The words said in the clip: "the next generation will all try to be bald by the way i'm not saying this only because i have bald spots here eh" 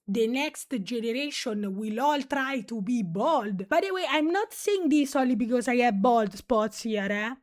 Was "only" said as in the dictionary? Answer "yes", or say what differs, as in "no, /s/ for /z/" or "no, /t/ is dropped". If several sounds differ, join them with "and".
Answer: no, /n/ is dropped